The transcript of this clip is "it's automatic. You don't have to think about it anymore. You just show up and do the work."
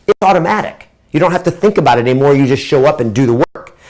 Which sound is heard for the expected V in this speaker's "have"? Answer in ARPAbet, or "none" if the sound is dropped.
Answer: F